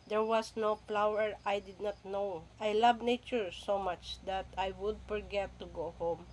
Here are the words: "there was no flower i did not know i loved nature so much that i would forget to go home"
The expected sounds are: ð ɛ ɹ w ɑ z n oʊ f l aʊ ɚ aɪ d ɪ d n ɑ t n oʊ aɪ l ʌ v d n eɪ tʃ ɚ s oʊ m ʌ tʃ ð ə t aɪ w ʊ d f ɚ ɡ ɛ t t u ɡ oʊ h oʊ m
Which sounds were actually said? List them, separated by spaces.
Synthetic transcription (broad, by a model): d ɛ ɹ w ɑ s n oʊ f l aʊ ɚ aɪ d ɪ d n ɑ t n oʊ aɪ l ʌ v n eɪ tʃ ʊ s oʊ m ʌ tʃ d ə t aɪ w ʊ d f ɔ ɡ ɛ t t u ɡ oʊ h oʊ m